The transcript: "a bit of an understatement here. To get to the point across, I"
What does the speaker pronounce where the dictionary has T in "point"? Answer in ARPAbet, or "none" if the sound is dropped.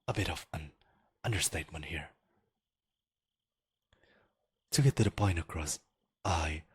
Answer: none